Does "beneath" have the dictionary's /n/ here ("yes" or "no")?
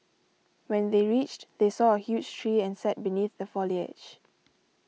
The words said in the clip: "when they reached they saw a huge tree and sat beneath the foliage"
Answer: yes